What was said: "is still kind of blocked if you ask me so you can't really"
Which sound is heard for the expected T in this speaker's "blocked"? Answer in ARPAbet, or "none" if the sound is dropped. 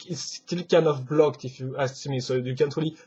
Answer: T